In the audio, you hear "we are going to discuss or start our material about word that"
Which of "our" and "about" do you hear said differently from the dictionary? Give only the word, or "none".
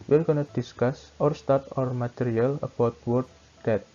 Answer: none